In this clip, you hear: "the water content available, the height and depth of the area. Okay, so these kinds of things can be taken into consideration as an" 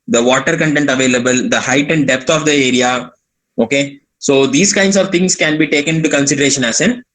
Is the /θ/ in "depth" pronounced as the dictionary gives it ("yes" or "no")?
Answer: no